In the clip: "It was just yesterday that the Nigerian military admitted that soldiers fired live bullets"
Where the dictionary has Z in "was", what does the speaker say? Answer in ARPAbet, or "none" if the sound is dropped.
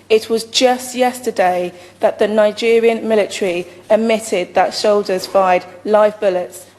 Z